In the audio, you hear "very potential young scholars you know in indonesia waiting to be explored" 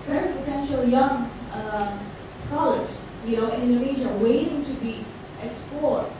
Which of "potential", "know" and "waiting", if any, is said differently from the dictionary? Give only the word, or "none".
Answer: none